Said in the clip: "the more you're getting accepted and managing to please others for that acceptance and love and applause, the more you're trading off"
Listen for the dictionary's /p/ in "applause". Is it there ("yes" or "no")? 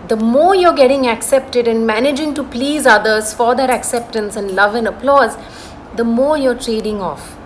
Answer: yes